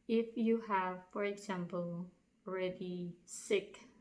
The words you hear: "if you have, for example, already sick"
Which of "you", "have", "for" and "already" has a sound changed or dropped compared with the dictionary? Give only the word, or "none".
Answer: none